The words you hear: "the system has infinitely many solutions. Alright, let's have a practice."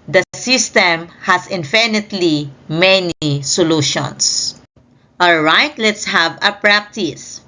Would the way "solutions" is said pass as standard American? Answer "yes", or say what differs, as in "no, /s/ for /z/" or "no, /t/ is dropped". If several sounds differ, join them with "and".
no, /s/ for /z/